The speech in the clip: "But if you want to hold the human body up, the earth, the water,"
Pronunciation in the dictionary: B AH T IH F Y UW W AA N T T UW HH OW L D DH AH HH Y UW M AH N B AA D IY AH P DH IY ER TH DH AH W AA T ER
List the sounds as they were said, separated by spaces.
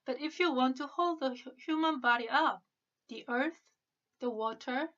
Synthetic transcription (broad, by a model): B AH T IH F Y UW W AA N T T UW HH OW L D DH AH HH Y UW M AH N B AA D IY AH P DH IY ER TH DH AH W AA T ER